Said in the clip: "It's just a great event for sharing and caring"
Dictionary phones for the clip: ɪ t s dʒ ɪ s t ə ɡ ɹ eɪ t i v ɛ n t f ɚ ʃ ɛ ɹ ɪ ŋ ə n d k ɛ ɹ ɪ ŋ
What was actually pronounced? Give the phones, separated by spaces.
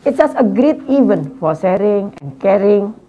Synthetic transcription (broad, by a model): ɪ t dʒ ɪ s t ə ɡ ɹ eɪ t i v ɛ n f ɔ s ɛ ɹ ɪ ŋ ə n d k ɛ ɹ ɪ ŋ